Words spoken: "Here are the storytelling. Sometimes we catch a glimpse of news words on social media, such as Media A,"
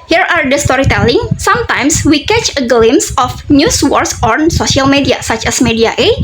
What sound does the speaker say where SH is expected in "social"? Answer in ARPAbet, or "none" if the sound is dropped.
S